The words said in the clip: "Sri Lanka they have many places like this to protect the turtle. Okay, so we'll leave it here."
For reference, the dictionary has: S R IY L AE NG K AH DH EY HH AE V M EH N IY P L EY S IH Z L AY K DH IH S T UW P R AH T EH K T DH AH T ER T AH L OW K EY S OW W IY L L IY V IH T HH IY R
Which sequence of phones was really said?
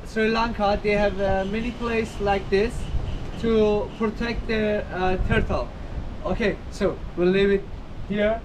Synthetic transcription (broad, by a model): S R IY L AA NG K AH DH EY HH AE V M EH N IY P L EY IH S L AY K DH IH S T UW P R AH T EH K T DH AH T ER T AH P OW K EY S OW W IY L N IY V IH T HH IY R